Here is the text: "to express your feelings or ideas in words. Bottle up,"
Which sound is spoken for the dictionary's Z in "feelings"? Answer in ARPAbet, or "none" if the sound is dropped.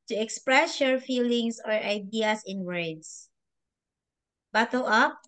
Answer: S